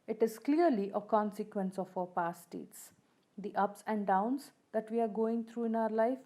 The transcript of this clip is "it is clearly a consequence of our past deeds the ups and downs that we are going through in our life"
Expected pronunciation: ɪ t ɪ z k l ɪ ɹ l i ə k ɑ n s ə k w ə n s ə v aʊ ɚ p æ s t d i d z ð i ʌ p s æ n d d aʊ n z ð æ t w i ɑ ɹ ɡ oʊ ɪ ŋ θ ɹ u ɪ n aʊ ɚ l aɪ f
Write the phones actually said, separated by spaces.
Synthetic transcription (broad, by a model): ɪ t ɪ z k l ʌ ɹ l i ə k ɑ n s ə k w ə n s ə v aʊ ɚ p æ s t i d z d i ʌ p s æ n d d aʊ n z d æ t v i ɑ ɹ ɡ oʊ ɪ ŋ t ɹ u ɪ n aʊ ɚ l aɪ f